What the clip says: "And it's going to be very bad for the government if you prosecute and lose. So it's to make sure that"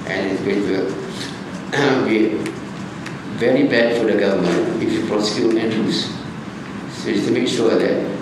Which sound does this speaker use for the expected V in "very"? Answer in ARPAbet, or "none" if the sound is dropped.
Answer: V